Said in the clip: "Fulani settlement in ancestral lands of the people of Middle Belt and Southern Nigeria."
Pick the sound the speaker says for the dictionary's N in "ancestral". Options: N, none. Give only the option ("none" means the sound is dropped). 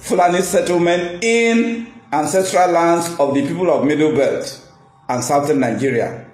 N